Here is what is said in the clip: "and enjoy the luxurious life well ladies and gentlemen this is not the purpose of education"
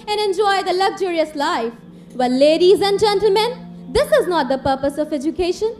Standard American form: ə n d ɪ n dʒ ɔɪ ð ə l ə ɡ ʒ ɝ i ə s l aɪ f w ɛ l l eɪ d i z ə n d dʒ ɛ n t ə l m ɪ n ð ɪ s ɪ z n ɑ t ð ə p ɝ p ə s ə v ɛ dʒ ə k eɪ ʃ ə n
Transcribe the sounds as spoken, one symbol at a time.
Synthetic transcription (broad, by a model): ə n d ɪ n dʒ ɔɪ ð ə l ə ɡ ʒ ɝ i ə s l aɪ f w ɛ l l eɪ d i z ə n d dʒ ɛ n t ə l m ɪ n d ɪ s ɪ z n ɑ t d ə p ɝ p ə s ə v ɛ dʒ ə k eɪ ʃ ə n